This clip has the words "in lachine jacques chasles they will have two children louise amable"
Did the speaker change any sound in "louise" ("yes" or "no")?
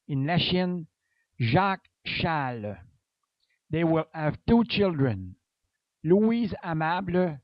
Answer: no